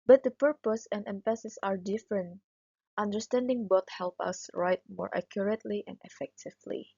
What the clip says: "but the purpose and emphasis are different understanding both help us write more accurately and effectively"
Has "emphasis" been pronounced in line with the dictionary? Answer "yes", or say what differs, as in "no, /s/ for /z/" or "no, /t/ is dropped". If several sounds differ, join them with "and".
no, /p/ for /f/